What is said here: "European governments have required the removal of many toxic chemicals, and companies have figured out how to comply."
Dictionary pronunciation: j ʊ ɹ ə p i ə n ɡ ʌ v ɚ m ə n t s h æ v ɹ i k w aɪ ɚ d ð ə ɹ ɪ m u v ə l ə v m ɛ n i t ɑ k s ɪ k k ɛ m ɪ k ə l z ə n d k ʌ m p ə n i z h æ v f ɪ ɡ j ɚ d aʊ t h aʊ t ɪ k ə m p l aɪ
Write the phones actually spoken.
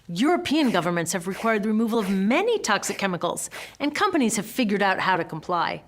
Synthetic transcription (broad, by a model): j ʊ ɹ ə p i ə n ɡ ʌ v ɚ m ə n t s h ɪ v ɹ i k w aɪ ɚ d ð ə ɹ ɪ m u v ə l ə v m ɛ n i t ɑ k s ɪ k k ɛ m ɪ k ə l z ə n k ʌ m p ə n i z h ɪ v f ɪ ɡ j ɚ d aʊ t h aʊ t ɪ k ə m p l aɪ